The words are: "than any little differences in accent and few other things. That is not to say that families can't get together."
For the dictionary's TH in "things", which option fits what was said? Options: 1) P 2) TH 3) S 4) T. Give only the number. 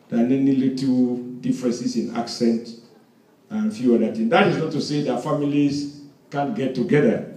4